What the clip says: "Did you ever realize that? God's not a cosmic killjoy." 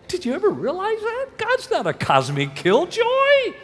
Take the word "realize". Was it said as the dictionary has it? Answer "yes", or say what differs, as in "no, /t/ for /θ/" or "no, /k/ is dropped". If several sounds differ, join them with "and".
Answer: yes